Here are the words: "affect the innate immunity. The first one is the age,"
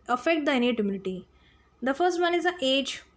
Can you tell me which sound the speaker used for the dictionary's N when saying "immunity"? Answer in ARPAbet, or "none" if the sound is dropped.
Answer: L